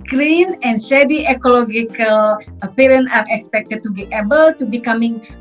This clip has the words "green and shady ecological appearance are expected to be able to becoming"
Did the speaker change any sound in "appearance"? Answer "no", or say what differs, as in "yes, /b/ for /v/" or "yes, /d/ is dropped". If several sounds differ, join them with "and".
yes, /s/ is dropped